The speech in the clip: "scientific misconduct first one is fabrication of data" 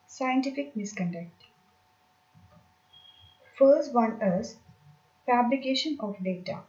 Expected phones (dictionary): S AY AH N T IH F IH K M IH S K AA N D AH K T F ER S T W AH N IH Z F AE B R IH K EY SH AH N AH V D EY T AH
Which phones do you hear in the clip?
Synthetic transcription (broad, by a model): S AY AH N T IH F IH K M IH S K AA N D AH K T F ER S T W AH N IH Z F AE B L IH K EY SH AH N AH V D EY T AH